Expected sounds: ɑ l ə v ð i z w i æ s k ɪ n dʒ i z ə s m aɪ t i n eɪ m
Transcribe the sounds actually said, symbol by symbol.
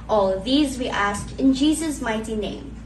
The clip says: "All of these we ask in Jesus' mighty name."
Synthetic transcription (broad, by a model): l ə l ð i z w i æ s k ɪ n dʒ i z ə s m aɪ t i n eɪ m